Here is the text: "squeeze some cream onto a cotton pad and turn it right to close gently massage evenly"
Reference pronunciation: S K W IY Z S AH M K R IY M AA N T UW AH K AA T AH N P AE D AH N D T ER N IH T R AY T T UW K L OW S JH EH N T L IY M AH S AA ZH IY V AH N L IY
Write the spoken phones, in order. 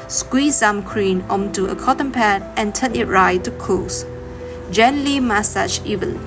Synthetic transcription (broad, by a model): S K W IY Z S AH M K R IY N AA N T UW AH K AA T AH N P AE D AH N T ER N IH T R AY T T UW K OW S JH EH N L IY M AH S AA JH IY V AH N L